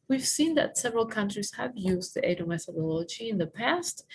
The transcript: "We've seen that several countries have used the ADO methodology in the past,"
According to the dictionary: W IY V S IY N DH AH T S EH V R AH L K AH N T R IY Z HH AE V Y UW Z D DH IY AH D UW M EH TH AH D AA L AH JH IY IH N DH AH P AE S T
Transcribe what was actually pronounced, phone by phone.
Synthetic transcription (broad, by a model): W IY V S IY N DH AH T S EH V R AH L K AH N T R IY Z HH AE V Y UW Z D DH IY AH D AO M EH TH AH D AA L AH JH IY IH N DH AH P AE S T